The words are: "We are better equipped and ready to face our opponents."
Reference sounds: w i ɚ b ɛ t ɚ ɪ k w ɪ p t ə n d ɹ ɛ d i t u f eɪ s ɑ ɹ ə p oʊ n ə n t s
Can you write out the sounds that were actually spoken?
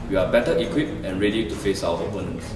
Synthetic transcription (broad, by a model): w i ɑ b ɛ t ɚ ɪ k w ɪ p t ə n ɹ ɛ d i t u f eɪ s ɑ w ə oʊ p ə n